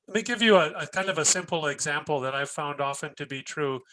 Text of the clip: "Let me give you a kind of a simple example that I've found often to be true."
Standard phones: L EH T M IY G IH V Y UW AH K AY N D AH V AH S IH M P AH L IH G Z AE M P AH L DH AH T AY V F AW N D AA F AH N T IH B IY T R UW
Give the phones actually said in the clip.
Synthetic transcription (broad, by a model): M IY G IH V Y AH AH K AY N D AH V AH S IH M P L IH G Z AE M P L DH AH T AY V F AW N D AA F AH N T IH B IY T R UW